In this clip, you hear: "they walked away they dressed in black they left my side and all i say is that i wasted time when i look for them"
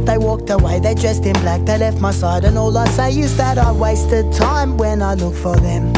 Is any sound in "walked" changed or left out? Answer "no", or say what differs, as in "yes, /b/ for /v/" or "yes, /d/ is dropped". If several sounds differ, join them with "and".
no